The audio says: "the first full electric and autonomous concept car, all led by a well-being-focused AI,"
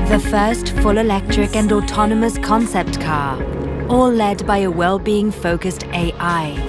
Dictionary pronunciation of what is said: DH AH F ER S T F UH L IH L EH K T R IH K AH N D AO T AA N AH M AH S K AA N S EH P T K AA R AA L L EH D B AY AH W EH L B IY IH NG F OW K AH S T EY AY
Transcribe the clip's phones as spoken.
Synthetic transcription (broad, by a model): DH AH F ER S T F UH L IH L EH K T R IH K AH N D AO T AA N AH M AH S K AA N S EH P T K AA AA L L EH D B AY AH W EH L B IY IH NG F OW K AH S T EY AY